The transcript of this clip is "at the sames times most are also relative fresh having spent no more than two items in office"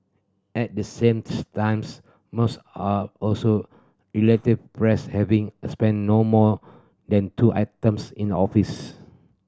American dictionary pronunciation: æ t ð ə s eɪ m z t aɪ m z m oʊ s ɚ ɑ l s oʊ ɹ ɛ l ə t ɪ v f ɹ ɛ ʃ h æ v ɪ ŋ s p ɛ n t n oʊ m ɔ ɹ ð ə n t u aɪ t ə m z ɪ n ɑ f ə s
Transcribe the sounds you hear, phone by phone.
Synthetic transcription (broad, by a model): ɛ t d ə s eɪ m t aɪ m s m oʊ s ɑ ɑ l s oʊ ɹ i l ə t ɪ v p ɹ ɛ s h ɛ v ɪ ŋ s p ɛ n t n oʊ m ɔ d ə n t u aɪ t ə m s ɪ n ɑ f ə s